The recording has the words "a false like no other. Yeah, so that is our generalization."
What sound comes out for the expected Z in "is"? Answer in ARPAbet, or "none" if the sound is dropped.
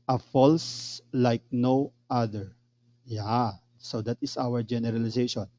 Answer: S